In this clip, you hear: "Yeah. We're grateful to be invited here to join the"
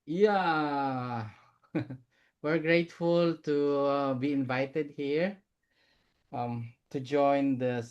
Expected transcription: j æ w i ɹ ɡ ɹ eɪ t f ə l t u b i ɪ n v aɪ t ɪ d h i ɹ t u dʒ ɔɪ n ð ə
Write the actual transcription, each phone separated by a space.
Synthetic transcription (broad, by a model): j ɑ w i ɹ ɡ ɹ eɪ t f ə l t u b i ɪ n v aɪ t ɪ d h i ɹ t u dʒ ɔɪ n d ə